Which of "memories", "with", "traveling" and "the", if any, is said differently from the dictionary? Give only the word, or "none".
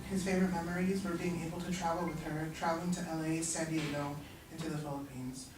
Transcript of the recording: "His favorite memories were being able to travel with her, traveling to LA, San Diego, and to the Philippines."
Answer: none